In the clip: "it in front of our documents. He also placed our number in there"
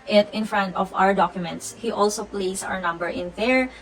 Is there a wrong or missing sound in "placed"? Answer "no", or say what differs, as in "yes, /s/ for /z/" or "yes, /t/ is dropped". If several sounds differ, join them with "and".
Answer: yes, /t/ is dropped